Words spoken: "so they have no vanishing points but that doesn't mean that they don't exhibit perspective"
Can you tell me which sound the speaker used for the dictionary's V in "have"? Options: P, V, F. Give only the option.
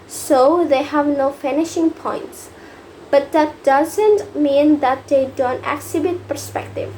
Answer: V